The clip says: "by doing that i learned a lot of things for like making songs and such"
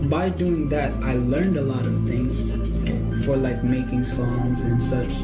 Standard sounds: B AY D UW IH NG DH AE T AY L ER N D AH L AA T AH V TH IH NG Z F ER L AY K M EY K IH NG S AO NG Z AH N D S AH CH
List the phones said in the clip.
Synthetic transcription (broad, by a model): B AY D UW IH NG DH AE T AY L ER N D AH L AA T AH V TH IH NG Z F ER L AY K M EY K IH NG S AO NG Z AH N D S AH CH